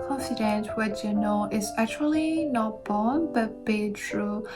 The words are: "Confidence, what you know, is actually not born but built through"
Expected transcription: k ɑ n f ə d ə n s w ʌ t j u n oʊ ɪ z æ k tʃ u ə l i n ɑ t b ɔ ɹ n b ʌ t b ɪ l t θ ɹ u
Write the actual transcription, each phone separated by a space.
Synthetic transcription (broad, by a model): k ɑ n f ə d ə n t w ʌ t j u n oʊ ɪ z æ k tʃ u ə l i n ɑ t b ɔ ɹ n b ʌ t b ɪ t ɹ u